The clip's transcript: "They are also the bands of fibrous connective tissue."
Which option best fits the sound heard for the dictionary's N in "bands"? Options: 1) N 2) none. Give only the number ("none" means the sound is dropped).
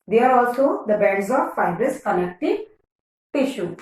2